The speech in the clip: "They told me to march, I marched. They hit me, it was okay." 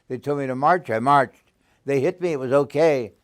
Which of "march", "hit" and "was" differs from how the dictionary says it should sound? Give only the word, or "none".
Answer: none